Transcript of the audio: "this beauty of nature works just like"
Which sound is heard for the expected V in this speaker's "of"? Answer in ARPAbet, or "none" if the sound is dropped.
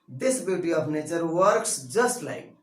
P